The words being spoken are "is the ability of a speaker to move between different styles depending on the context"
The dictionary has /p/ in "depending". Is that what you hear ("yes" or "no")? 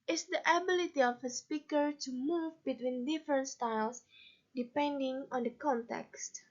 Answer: yes